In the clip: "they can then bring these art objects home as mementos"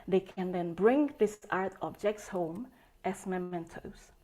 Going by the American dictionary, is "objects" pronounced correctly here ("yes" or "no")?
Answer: yes